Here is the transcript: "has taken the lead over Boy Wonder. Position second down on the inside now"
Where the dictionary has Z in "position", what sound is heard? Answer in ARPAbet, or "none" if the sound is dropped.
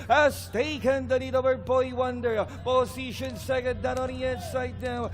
S